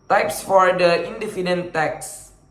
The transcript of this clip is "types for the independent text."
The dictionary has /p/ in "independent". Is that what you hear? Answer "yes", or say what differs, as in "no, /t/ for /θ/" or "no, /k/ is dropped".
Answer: no, /f/ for /p/